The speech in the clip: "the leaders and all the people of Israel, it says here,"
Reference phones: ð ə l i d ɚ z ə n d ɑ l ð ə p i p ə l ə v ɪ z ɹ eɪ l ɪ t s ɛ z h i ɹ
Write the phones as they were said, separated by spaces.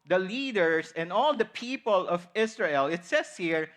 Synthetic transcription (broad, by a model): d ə l i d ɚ s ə n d ɑ l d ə p i p ə l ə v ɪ s ɹ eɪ l ɪ t s ɛ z h i ɹ